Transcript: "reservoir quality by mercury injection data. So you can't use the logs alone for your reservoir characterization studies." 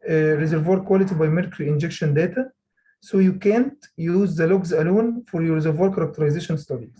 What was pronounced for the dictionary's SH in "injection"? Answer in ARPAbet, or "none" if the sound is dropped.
SH